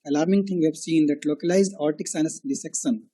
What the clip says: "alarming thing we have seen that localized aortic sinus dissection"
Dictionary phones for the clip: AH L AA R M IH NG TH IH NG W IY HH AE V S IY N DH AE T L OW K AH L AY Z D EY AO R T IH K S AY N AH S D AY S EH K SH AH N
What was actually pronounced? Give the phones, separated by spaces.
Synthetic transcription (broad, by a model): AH L AA R M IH NG T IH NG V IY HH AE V S IY N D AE T L OW K AH L AY Z D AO R T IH K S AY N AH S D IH S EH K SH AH N